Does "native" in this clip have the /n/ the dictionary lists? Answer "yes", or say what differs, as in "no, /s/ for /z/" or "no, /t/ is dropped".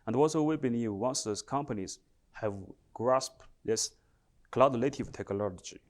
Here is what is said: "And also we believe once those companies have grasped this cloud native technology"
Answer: no, /l/ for /n/